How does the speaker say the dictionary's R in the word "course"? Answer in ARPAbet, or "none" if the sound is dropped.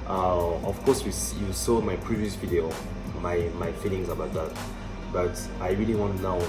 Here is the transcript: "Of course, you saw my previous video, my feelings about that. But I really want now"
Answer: W